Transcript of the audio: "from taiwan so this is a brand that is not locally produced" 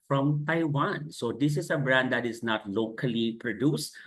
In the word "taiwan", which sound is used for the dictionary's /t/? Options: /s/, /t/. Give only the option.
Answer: /t/